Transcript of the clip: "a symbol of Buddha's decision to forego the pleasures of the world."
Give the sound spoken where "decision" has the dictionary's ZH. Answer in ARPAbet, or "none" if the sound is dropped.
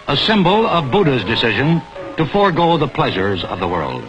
ZH